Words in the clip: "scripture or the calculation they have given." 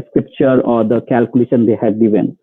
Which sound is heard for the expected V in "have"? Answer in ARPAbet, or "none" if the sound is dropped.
B